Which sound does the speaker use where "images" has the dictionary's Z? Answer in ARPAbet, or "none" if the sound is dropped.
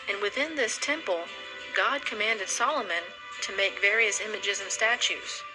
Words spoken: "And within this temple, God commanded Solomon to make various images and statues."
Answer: Z